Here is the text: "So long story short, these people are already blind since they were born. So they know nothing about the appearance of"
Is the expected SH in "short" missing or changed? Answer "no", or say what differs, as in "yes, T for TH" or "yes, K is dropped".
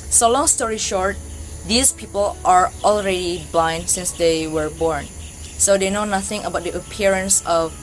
no